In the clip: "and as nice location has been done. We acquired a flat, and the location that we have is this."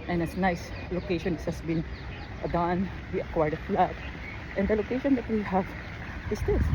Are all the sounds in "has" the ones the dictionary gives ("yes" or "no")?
no